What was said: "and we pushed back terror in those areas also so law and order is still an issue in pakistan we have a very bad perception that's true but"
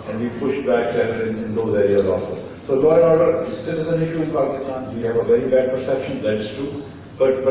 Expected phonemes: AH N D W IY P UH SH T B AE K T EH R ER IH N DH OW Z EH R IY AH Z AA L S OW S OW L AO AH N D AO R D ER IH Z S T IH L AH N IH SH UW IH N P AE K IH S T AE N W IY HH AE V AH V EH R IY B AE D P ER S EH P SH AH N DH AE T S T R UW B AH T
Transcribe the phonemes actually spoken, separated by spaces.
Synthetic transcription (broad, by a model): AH N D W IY P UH SH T B AE K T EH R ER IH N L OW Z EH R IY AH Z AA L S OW S OW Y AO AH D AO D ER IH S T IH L AH N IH SH UW IH N P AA K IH S T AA N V IY HH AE V AH V EH R IY B AE D P ER S EH P SH AH N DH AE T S T UW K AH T